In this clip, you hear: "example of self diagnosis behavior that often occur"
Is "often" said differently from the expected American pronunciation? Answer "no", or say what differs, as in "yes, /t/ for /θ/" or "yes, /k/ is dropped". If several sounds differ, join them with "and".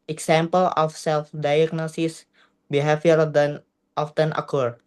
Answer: no